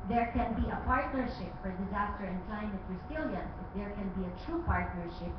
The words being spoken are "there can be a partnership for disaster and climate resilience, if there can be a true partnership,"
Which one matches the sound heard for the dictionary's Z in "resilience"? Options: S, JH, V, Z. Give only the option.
S